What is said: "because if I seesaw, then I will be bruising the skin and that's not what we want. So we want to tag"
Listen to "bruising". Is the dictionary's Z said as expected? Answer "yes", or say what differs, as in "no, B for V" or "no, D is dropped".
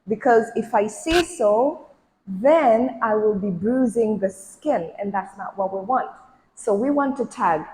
yes